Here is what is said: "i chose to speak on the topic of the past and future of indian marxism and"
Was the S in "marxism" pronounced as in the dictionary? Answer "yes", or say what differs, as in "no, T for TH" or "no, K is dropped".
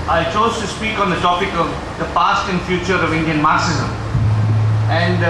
yes